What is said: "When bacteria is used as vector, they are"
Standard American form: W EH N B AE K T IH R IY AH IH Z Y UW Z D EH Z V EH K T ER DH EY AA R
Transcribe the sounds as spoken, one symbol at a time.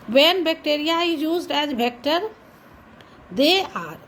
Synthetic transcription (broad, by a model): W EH N B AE K T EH R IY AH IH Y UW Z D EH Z B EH K T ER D EY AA R